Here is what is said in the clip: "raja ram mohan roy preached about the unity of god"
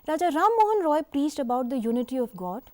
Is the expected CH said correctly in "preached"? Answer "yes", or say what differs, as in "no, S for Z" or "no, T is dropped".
no, S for CH